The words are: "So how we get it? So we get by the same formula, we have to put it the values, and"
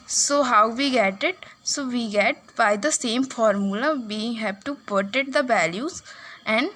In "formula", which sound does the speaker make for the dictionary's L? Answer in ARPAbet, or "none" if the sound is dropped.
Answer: L